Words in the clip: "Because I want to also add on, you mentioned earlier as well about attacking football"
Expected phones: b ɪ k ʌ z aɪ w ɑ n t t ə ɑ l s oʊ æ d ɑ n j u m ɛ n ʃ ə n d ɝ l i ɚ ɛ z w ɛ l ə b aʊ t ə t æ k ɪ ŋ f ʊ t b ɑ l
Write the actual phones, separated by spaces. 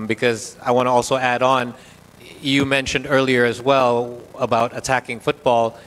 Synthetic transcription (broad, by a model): b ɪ k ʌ z aɪ w ɑ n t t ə ɑ l s oʊ æ d n j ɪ m ɛ n ʃ ə n d ɝ l i ɚ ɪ z w ɛ l ə b aʊ t ə t æ k ɪ ŋ f ʊ t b ɑ l